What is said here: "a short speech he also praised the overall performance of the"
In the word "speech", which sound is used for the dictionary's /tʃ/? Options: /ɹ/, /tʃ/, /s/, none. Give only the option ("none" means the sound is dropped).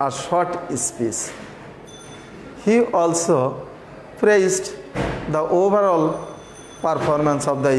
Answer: /s/